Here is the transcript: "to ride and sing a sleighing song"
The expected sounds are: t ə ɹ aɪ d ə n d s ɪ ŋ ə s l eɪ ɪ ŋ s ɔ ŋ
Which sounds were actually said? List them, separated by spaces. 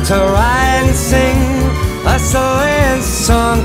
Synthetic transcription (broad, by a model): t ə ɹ aɪ ə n s ɪ ŋ ə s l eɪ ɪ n s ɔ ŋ